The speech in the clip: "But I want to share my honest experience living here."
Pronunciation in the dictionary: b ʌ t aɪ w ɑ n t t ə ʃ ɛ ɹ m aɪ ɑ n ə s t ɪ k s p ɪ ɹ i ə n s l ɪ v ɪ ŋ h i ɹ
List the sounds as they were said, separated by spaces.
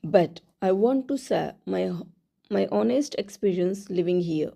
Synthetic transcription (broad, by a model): b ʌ t aɪ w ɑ n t s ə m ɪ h m aɪ ɑ n ə s t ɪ k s p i ɹ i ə n s l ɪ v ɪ ŋ h i ɹ